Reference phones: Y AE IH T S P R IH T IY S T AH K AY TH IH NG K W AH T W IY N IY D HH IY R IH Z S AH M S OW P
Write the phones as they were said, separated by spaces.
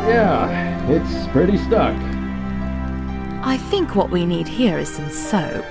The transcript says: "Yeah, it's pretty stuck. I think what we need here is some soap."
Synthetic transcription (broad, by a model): Y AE IH T S P R IH T IY S T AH K AY TH IH NG K W AH T W IY N IY D HH IY R IH Z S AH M S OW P